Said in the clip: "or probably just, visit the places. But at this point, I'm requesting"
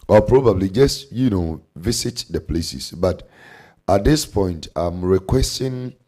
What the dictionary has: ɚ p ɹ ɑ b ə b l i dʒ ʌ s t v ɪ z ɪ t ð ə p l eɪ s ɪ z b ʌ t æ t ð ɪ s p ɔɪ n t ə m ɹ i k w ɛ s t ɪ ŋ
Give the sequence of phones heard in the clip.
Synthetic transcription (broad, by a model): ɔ p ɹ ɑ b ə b l i dʒ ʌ s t v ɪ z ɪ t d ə p l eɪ s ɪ s b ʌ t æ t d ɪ s p ɔɪ n t ə m ɹ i k w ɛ s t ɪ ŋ